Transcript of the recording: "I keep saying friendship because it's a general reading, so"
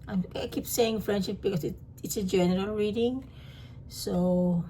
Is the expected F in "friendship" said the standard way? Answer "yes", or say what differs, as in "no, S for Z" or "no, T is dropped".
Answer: yes